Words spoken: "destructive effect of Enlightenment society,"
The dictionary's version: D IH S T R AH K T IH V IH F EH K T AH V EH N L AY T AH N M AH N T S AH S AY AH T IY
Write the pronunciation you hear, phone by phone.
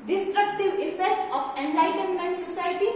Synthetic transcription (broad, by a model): D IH S T R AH K T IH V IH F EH T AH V EH N L AY T AH N M AH N T S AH S AY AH T IY